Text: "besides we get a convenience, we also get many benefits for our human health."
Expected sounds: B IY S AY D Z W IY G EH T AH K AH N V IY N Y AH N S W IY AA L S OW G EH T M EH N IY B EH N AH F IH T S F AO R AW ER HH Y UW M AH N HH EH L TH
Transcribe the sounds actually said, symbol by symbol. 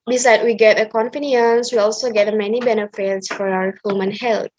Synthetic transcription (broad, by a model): B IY S AY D W IY G EH T AH K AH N F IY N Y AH N S W IY AA L S OW G EH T M EH N IY B EH N AH F IH T S F AO R AW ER HH Y UW M AH N HH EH L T